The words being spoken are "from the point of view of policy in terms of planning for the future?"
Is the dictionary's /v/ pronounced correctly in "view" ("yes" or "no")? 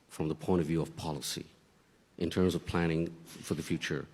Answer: yes